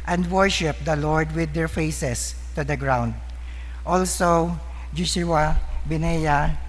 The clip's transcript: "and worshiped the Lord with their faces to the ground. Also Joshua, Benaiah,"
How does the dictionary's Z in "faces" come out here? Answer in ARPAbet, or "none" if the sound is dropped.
S